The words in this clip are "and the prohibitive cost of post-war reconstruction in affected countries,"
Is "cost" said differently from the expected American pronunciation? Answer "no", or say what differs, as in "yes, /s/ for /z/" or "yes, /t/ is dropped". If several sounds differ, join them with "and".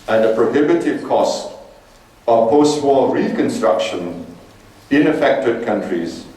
no